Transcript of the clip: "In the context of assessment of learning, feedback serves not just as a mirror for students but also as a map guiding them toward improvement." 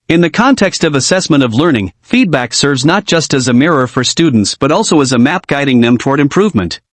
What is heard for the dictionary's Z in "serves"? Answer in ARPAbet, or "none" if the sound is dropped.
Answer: Z